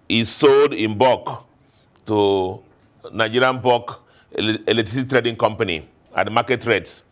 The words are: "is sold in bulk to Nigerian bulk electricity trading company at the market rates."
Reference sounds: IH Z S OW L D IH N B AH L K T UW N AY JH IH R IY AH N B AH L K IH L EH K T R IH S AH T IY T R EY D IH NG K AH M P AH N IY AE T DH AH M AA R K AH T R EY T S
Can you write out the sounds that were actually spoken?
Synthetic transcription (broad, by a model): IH S OW L D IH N B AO K T UW N AY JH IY R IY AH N B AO K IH L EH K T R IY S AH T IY T R EY D IH NG K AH M P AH N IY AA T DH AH M AA K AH T R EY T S